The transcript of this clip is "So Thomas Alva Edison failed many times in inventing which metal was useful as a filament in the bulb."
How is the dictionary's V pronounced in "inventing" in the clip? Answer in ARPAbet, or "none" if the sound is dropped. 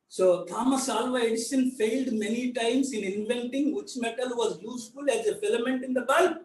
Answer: V